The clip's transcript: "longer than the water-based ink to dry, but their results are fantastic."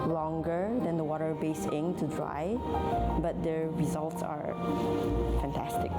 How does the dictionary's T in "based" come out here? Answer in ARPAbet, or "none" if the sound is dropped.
none